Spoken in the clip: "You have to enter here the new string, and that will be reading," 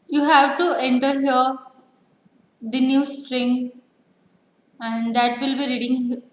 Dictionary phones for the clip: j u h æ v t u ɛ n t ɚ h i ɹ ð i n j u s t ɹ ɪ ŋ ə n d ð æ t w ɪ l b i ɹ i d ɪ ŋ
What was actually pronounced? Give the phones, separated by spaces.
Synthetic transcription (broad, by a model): j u h æ v t u ɛ n t ɚ h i ɹ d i n j u s t ɹ ɪ ŋ ə n d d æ t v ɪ l b i ɹ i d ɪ ŋ